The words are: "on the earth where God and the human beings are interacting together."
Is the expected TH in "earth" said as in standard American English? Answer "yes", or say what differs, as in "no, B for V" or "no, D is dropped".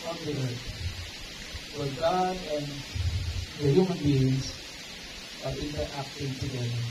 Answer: no, T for TH